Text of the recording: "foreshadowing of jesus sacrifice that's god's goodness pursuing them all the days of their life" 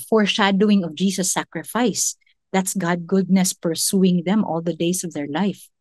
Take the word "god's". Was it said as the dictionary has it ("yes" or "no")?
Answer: no